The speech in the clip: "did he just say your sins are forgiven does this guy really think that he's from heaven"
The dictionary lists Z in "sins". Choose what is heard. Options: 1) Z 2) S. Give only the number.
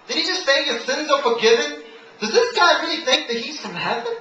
1